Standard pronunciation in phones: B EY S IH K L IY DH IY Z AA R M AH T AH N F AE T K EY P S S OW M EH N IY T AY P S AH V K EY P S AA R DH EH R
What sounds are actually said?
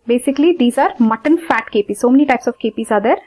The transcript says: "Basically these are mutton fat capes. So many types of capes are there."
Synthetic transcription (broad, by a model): B EY S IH K L IY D IY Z AA R M AH T AH N F AE T K EY P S S OW M EH N IY T AY P S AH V K EY P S AA R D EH R